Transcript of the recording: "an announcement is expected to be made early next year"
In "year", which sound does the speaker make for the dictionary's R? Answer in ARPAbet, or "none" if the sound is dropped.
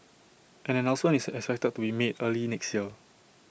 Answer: L